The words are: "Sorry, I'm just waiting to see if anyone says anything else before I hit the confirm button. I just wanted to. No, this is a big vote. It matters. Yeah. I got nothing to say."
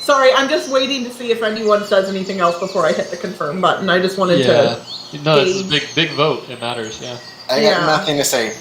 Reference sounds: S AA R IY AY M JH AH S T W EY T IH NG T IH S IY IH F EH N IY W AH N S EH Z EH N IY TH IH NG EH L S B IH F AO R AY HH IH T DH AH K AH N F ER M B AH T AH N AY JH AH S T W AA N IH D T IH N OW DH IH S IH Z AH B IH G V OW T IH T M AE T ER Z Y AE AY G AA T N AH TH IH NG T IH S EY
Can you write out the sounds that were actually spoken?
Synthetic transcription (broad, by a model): S AA R IY AY M JH AH S T W EY T IH NG T IH S IY IH F EH N IY W AH N S EH Z EH N IY TH IH NG EH L S B IH F AO R AY HH IH T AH K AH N F ER M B AH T N AY JH AH S T W AA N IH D T IH N OW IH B IH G B IH G V OW T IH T M AE T ER Z Y AE AY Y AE N AH TH IH NG T IH S EY